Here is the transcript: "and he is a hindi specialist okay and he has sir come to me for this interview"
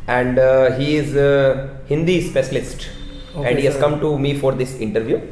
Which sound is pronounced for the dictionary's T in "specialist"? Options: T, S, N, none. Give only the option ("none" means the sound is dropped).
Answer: T